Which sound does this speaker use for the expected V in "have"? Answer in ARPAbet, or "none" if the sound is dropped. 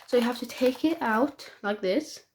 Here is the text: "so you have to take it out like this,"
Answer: F